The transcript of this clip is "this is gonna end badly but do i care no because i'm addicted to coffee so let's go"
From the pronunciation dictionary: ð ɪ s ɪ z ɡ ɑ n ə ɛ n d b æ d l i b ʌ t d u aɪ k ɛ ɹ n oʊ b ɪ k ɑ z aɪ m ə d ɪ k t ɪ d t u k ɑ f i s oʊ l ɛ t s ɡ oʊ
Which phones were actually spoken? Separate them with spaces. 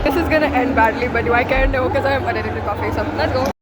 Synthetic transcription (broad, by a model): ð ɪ s ɪ z ɡ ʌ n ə ɛ n d b æ d l i b ʌ t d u aɪ k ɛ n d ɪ k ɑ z aɪ m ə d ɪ t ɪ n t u k ɑ f i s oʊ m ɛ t ɡ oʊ